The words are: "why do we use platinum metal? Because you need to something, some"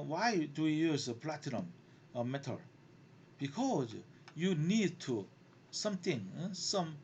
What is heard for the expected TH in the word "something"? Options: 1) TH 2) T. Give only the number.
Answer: 2